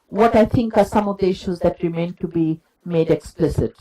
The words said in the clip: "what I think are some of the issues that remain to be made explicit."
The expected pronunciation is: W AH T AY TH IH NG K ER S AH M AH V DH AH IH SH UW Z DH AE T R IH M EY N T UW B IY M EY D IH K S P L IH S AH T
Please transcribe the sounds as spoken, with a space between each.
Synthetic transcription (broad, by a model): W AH T AY T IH NG K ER S AH M AH V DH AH IH SH UW Z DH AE T R IH M EY N T UW B IY M EY D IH K S P L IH S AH T